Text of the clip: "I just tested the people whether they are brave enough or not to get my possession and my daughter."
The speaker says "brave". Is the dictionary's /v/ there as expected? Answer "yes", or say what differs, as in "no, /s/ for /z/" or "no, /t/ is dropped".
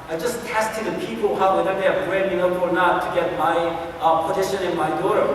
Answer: no, /b/ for /v/